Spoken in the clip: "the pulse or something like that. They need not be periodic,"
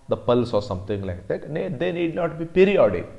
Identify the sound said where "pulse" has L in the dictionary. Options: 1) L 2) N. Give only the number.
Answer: 1